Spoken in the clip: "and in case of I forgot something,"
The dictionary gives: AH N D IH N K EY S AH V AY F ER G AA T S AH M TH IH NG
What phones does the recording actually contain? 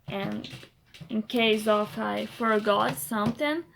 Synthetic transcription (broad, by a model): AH N IH N K EY S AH F AY F ER G AA T S AH M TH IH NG